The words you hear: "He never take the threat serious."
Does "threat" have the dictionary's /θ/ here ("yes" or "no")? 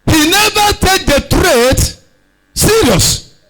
no